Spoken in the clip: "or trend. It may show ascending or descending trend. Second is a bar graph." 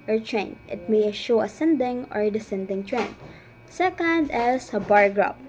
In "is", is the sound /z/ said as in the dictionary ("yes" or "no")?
no